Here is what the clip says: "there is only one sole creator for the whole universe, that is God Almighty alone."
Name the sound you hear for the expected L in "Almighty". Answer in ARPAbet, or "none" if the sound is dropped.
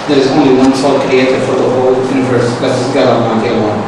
none